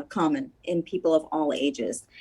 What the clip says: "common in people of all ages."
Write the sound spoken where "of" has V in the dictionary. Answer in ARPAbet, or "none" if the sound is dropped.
V